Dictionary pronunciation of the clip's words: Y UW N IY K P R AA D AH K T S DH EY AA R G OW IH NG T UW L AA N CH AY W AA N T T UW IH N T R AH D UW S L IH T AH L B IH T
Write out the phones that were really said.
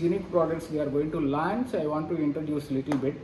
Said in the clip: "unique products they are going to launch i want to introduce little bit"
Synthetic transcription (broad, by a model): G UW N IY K P R AA D AH K T S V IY AA R G OW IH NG T UW L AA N S AY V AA N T T UW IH N T R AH D UW S L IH T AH L B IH T